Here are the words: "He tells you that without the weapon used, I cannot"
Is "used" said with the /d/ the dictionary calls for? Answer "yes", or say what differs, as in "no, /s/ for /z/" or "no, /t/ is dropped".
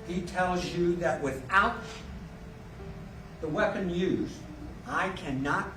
no, /d/ is dropped